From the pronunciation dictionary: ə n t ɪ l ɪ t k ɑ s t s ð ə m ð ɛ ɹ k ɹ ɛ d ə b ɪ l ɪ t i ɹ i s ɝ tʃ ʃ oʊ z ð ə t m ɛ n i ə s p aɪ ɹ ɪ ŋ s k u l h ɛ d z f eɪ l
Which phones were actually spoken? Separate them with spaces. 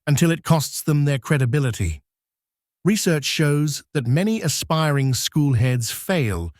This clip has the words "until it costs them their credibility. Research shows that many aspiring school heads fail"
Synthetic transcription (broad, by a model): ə n t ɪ l ɪ t k ɑ s t s ð ə m ð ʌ ɹ k ɹ ɛ d ə b ɪ l ɪ t i ɹ i s ɝ tʃ ʃ oʊ z ð ə t m ɛ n i ə s p aɪ ɹ ɪ ŋ s k u l h ɛ d z f eɪ l